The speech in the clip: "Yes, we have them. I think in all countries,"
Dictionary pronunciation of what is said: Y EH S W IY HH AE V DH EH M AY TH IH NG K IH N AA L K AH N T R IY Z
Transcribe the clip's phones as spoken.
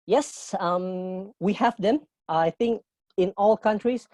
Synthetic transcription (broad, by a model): Y EH S W IY HH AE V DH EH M AY TH IH NG K IH N AA L K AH N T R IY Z